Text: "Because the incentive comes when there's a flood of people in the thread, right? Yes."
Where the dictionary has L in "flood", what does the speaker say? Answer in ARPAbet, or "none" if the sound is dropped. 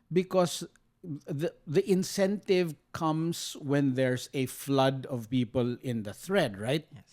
L